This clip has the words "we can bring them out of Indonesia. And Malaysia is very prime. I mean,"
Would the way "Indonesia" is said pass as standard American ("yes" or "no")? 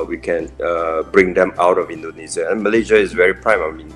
no